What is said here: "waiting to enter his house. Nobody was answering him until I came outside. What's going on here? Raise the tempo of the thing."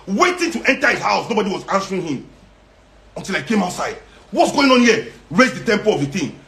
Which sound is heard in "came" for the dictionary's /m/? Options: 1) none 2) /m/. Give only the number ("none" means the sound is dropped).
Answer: 2